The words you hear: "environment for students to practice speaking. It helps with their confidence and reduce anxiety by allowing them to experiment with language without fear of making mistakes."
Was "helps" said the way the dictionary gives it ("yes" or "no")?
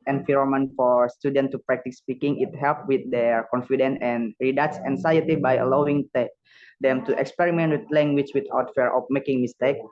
no